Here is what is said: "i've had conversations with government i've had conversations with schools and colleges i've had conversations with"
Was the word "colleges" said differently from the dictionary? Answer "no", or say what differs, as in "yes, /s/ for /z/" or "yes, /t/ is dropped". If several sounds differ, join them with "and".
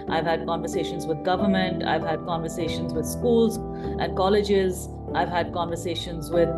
no